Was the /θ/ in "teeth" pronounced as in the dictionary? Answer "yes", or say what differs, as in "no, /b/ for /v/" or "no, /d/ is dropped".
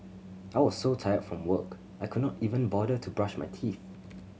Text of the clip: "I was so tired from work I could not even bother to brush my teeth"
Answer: yes